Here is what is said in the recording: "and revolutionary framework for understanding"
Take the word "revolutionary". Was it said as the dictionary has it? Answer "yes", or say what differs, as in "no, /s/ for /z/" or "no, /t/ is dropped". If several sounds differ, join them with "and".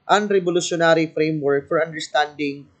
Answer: no, /b/ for /v/